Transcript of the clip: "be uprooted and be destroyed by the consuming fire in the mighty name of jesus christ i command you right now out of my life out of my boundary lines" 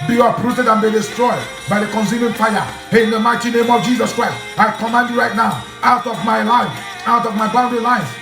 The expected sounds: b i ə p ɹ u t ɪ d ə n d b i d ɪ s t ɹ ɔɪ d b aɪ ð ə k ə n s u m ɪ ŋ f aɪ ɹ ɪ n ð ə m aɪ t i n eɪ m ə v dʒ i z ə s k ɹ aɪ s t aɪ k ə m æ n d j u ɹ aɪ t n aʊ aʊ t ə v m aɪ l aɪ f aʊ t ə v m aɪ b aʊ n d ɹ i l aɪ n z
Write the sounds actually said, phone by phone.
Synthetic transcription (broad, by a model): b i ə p ɹ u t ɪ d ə n b i d ɪ s t ɹ ɔɪ d b aɪ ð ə k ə n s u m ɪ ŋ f aɪ ɪ n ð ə m aɪ t i n eɪ m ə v dʒ i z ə s k ɹ aɪ s t aɪ k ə m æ n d j u ɹ aɪ t n aʊ aʊ t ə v m aɪ l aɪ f aʊ t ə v m aɪ b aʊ n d l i l aɪ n